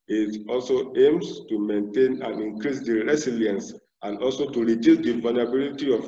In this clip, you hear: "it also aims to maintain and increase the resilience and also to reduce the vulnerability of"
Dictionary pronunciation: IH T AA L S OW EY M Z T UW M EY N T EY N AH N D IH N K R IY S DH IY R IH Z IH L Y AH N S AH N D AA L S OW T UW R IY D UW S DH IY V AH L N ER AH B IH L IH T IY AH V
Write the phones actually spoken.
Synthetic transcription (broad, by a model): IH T AA L S OW EY M S T UW M EY N T EY N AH N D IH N K R IY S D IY R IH S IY L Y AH N S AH N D AA L S OW T UW R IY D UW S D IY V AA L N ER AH B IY L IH T IY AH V